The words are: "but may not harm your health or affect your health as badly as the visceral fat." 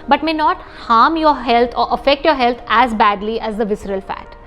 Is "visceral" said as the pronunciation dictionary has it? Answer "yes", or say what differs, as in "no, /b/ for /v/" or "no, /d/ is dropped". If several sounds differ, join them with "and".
yes